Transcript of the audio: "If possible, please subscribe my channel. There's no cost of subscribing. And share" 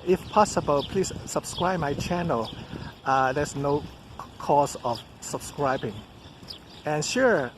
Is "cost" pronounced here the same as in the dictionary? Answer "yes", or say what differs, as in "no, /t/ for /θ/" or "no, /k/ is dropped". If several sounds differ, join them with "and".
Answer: no, /t/ is dropped